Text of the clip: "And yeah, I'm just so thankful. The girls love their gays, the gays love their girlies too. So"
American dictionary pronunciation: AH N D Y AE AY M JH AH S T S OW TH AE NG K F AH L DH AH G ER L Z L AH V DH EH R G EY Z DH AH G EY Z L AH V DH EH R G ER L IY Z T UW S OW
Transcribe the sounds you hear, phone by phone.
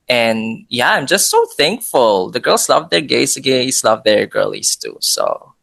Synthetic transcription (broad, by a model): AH N Y AE AY M JH AH S T S OW TH AE NG K F AH L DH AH G ER L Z L AH V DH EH R G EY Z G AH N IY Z L AH V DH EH R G ER L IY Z T UW S OW